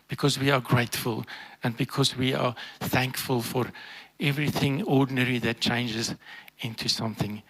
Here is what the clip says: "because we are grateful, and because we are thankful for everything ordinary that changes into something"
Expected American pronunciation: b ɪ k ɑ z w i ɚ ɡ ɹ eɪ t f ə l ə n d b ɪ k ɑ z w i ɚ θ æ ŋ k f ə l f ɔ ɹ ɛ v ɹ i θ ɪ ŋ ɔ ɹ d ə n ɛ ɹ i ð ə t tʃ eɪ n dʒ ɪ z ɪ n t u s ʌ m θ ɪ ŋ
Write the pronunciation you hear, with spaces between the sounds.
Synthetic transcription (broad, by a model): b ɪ k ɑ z w i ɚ ɡ ɹ eɪ t f ə l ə n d b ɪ k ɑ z w i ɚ θ æ ŋ k f ə l f ɔ ɹ ɛ v ɹ i θ ɪ ŋ ɔ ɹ d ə n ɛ ɹ i ð ə t tʃ eɪ n dʒ ɪ z ɪ n t u s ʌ m θ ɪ ŋ